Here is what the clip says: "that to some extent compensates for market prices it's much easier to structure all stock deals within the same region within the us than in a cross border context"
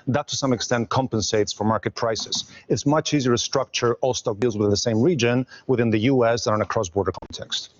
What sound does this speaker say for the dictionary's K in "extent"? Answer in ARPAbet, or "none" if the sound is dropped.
K